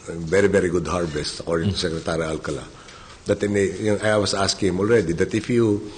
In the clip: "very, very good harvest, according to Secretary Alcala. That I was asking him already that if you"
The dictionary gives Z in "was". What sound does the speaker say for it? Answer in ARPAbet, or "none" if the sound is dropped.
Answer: S